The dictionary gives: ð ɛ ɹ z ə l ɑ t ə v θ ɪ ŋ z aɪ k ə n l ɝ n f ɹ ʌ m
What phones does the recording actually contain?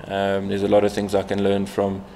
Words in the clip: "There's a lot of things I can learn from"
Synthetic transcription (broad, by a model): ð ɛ z ə l ɑ t ə v θ ɪ ŋ z aɪ k ə n l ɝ n f ɹ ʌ m